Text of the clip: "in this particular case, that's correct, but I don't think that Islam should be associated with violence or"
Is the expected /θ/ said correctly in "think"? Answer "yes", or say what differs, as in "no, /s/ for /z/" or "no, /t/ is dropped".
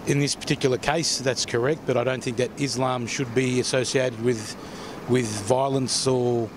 yes